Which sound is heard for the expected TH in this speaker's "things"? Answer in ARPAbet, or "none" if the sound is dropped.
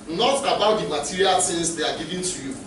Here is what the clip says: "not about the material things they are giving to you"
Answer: S